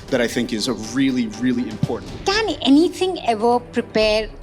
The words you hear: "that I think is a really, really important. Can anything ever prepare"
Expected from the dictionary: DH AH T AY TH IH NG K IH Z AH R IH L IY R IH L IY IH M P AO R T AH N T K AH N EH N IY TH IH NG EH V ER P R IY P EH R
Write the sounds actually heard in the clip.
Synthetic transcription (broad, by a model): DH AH T AY TH IH NG K IH Z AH R IH L IY R IH L IY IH M P AO R T N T K AH N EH N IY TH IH NG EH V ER P R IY P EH R